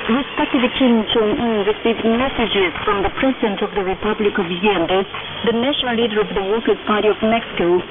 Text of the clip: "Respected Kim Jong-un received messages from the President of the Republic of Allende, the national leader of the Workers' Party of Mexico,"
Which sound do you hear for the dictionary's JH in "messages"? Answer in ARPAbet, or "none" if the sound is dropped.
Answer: JH